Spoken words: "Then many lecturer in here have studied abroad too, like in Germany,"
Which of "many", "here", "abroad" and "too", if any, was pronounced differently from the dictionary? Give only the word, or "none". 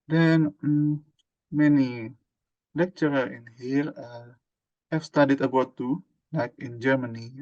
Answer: abroad